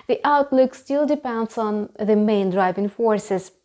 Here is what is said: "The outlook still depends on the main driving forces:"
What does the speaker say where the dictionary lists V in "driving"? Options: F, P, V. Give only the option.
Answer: V